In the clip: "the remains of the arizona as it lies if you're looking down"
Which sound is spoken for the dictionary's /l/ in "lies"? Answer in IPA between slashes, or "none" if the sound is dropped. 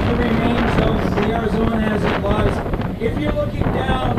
/w/